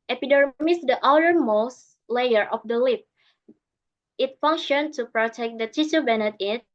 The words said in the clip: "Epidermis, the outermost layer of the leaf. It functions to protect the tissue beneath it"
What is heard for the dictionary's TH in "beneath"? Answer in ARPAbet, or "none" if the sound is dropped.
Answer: T